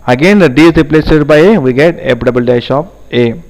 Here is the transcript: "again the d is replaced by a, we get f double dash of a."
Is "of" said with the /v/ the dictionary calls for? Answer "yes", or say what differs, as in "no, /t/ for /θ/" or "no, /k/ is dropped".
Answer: no, /p/ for /v/